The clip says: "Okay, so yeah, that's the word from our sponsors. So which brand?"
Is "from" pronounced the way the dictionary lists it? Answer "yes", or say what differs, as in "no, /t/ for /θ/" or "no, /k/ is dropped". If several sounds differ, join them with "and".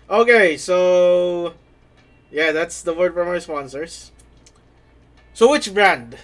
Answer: no, /p/ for /f/